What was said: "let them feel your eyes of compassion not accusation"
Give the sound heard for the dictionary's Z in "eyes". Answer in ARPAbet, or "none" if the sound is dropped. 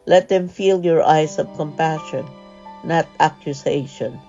S